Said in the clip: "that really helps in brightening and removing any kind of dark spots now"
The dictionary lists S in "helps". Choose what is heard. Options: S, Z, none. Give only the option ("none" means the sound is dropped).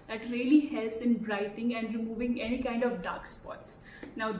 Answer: S